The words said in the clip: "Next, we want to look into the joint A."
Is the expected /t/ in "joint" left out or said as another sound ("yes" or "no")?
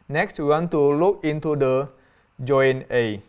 yes